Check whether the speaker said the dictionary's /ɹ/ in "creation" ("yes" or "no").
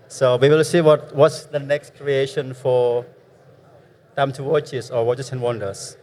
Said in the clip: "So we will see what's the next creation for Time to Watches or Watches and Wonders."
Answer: yes